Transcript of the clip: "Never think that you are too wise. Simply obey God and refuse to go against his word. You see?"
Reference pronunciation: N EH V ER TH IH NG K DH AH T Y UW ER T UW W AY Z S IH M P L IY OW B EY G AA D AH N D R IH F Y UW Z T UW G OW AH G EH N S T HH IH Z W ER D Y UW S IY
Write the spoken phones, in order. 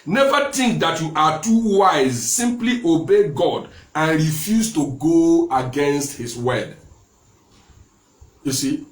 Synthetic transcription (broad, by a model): N EH V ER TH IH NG K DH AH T Y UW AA T UW W AY Z S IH M P L IY OW B EY G AA D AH N R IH F Y UW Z T UW G OW AH G EH N S T HH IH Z W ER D Y UW S IY